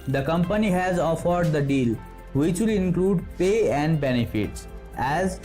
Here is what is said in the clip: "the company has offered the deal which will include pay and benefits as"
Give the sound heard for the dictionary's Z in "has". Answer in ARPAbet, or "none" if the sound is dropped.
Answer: Z